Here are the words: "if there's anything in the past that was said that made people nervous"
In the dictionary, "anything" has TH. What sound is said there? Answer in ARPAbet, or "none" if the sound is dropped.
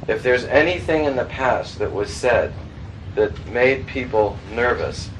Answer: TH